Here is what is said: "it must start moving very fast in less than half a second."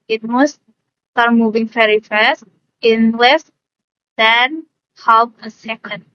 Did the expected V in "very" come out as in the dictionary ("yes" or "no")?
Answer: no